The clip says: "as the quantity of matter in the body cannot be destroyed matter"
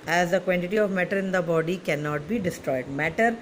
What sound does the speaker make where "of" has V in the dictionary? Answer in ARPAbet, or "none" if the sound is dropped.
V